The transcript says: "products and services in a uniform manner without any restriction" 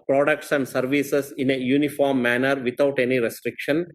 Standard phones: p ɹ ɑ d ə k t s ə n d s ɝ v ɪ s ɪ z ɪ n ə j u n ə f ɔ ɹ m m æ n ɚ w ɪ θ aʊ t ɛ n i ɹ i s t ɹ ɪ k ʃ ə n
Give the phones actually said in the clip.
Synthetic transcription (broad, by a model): p ɹ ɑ d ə k t s ə n d s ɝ v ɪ s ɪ s ɪ n ə j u n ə f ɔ ɹ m m æ n ɚ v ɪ t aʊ t ɛ n i ɹ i s t ɹ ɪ k ʃ ə n